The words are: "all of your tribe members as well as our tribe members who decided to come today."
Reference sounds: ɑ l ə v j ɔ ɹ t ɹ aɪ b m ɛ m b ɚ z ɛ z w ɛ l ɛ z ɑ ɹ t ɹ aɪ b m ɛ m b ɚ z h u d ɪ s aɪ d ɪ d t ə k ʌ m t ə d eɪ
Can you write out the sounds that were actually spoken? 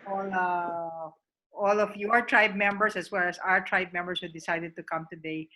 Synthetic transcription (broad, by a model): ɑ l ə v j ɔ ɹ t ɹ aɪ b m ɛ m b ɚ s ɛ s w ɛ l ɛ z ɑ ɹ t ɹ aɪ b m ɛ m b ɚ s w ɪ d ɪ s aɪ d ɪ d t ə k ʌ m t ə d eɪ